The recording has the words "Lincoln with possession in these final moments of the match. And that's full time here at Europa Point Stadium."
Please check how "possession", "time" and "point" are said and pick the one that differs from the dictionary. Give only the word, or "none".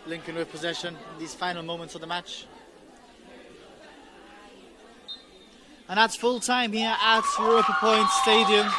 none